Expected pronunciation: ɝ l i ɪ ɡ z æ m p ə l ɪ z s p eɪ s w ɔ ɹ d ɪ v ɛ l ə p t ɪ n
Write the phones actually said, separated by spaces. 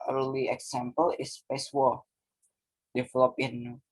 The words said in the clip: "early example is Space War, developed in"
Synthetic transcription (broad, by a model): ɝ l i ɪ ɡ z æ m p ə l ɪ s p eɪ s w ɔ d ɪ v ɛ l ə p ɪ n